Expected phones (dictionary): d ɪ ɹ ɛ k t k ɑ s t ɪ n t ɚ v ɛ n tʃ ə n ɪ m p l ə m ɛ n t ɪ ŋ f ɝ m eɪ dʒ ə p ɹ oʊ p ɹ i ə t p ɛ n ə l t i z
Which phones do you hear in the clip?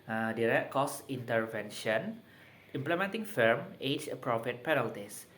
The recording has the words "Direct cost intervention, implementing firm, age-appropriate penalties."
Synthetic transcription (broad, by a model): d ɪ ɹ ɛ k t k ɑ s i n t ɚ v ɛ n ʃ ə n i m p l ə m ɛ n t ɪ ŋ f ɝ m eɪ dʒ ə p ɹ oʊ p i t p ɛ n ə l t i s